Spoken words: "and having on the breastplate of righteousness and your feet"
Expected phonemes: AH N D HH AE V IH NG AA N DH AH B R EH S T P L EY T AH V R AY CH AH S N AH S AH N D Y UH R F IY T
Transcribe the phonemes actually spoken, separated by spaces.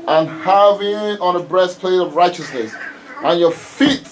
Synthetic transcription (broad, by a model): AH N HH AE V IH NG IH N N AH B R EH S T P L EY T AH V R AY CH AH S N AH S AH N Y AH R F IY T